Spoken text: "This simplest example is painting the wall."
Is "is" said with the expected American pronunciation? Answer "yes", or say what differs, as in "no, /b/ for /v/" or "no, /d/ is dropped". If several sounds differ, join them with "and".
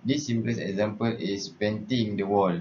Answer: no, /s/ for /z/